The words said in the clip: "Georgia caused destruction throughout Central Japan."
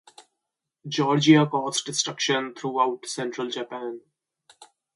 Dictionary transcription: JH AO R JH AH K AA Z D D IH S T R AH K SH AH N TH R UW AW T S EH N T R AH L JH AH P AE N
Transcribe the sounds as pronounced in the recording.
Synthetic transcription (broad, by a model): JH AO R JH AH K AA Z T D IH S T R AH K SH AH N T R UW AW T S EH N T R AH L JH AH P AE N